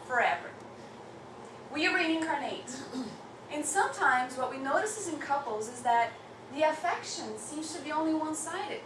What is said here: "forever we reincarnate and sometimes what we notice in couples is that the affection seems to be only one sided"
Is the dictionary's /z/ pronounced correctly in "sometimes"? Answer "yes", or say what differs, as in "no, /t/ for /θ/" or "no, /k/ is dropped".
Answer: yes